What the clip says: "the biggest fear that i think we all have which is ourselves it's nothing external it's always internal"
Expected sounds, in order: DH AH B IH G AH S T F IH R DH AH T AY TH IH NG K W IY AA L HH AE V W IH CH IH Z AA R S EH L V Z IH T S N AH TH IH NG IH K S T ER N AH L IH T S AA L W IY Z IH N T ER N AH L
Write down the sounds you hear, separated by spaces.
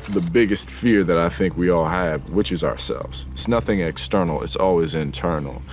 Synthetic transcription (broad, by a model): DH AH B IH G AH S T F IH R DH AH T AY TH IH NG K W IY AA L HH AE V W IH CH IH Z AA R S EH L V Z IH T S N AH TH IH NG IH K S T ER N L IH T S AA L W IY Z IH N T ER N L